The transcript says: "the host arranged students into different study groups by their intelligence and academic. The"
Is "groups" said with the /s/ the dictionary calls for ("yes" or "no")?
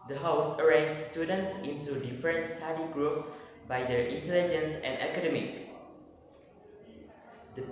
no